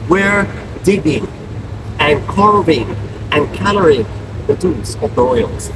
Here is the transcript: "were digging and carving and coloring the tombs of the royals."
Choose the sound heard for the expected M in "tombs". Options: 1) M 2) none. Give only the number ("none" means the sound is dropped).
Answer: 2